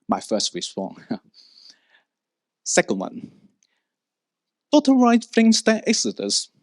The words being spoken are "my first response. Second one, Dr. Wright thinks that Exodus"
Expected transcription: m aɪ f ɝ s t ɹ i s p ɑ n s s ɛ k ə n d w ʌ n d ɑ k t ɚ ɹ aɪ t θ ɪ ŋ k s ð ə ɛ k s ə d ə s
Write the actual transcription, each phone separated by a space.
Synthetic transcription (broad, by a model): m aɪ f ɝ s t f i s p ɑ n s s ɛ k ə n d w ʌ n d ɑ t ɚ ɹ aɪ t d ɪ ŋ s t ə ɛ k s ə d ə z